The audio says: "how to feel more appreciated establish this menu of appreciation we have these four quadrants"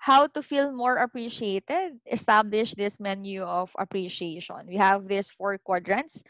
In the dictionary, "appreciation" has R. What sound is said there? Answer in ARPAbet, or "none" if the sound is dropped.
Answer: R